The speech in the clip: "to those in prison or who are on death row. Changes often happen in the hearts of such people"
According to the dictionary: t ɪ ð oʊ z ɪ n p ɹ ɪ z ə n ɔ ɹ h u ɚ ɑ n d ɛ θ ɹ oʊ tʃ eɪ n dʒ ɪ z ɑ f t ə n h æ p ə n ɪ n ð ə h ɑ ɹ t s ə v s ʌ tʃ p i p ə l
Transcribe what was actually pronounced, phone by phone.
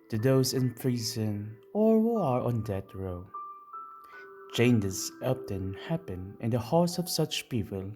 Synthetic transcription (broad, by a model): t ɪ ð oʊ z ɪ n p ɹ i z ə n ɔ ɹ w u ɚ ɑ n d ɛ t ɹ oʊ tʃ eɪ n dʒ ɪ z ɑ p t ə n h æ p ə n ɪ n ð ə h ɑ ɹ t s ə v s ʌ tʃ p i p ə l